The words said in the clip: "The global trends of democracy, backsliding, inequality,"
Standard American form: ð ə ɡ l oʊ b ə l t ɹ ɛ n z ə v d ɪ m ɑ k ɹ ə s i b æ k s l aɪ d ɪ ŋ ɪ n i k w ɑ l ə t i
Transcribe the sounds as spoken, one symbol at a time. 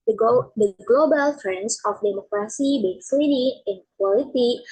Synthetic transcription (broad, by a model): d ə ɡ l oʊ b ə l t ɹ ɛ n s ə f d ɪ m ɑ k ɹ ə s i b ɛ s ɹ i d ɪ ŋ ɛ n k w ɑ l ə t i